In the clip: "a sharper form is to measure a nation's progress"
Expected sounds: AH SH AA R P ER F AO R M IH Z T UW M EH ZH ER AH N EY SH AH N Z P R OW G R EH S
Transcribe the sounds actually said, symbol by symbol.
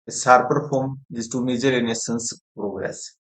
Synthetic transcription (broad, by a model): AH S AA R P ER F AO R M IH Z T UW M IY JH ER AH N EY S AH N S P R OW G R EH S